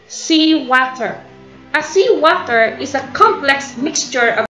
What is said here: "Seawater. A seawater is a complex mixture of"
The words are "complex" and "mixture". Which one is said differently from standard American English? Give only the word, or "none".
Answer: none